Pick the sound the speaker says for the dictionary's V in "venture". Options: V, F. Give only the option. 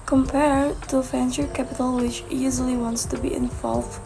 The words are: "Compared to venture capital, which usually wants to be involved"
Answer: F